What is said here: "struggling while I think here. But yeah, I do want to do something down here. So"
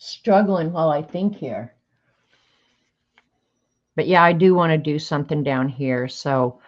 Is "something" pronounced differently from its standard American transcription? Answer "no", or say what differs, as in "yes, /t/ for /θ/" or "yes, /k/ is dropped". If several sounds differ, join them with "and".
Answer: no